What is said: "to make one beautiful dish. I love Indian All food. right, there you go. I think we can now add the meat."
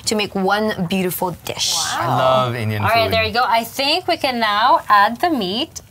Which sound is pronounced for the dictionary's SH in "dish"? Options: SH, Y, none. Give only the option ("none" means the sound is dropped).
SH